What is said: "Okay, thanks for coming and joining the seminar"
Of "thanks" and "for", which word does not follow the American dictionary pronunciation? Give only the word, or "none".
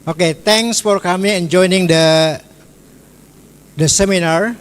thanks